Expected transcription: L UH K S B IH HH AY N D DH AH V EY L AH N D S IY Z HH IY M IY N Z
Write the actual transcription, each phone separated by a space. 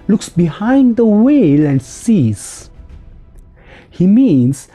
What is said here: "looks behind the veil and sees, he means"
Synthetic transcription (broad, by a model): L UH K S B IH HH AY N D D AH W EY L AH N D S IY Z HH IY M IY N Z